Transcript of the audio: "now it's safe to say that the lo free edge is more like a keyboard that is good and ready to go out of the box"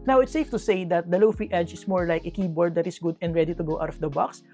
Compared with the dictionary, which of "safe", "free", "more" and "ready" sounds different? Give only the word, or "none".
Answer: free